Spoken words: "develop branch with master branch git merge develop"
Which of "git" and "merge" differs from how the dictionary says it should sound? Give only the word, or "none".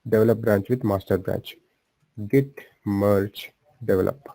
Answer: merge